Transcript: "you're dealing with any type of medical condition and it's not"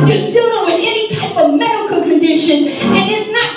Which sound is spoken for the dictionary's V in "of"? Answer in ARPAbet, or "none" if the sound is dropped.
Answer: V